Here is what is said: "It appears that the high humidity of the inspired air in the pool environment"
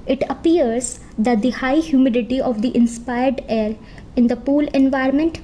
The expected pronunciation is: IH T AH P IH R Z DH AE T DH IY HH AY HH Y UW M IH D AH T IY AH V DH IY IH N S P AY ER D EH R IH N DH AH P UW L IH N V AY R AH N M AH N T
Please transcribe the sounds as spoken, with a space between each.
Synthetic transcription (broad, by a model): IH T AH P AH R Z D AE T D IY HH AY HH Y UW M IH D AH T IY AH V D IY IH N S P AY ER D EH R IH N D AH P UW L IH N V AY R M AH N T